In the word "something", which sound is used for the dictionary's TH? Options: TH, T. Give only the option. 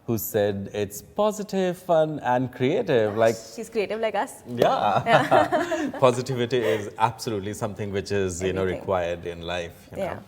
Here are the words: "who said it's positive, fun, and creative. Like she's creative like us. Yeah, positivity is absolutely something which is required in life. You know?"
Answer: T